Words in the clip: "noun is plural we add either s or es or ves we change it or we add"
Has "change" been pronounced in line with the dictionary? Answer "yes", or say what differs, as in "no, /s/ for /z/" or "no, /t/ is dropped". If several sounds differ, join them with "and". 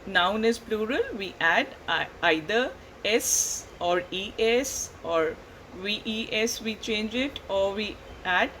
yes